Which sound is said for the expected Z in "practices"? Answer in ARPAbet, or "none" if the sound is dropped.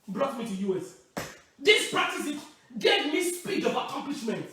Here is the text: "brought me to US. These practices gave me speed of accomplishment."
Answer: none